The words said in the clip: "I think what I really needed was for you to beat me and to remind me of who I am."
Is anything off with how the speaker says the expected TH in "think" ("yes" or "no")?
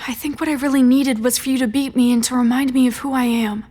no